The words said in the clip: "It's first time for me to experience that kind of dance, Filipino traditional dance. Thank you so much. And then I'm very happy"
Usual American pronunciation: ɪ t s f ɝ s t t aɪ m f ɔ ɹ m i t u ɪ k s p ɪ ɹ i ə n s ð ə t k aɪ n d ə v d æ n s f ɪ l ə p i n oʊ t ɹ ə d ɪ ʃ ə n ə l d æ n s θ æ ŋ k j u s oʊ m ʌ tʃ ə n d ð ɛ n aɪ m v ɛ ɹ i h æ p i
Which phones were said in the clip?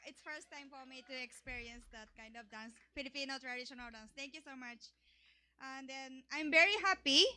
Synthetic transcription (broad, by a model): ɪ t s f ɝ s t t aɪ m f ɔ ɹ m i t u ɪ k s p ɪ ɹ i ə n s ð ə t k aɪ n d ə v d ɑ n s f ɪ l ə p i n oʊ t ɹ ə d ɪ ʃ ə n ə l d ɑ n s t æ ŋ k j u s oʊ m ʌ tʃ ə n d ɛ n aɪ m v ɛ ɹ i h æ p i